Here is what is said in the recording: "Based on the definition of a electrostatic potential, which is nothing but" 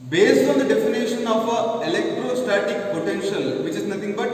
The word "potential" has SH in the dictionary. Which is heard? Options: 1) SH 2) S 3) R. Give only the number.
1